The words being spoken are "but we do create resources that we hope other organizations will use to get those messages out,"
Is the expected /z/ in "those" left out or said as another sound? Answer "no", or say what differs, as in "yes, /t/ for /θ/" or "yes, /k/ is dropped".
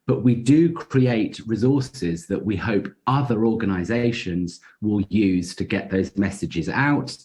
no